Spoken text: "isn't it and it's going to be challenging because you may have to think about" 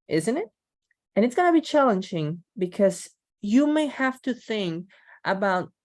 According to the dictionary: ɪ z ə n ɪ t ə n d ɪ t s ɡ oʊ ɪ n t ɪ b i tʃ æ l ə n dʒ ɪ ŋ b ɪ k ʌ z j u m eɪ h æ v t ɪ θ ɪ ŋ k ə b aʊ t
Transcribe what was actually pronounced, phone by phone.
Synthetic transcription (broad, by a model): ɪ z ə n ɪ t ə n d ɪ t s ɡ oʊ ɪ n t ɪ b i tʃ æ l ə n dʒ ɪ ŋ b ɪ k ʌ z j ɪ m eɪ h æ f t ɪ θ ɪ ŋ k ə b aʊ t